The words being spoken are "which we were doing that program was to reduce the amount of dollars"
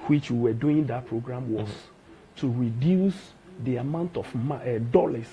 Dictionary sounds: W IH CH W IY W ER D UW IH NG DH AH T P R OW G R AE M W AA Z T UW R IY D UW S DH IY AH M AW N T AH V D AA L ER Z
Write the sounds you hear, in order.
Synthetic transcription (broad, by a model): W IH CH W IY W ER D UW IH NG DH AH T P R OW G R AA M W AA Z T UW R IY D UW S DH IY AH M AW N T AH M D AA L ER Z